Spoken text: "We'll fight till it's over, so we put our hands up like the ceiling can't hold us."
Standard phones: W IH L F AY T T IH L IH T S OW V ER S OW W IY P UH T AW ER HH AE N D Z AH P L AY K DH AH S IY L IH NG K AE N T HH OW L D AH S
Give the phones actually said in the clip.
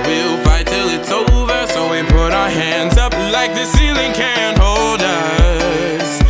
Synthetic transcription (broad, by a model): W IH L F AY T T IH L IH T S OW V ER S OW W IY P UH T AW ER HH AE N D Z AH P L AY K DH AH S IY L IH NG K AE N HH OW L D AH S